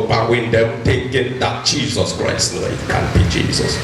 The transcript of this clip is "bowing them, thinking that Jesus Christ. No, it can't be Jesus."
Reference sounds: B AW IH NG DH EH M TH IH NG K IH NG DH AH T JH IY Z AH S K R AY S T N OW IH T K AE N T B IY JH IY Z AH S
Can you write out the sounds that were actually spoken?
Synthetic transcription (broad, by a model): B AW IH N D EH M T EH K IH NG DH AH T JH IY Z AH S K R AY S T N OW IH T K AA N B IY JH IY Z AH S